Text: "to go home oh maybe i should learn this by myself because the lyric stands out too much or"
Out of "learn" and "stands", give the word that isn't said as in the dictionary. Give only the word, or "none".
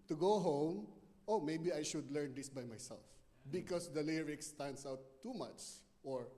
stands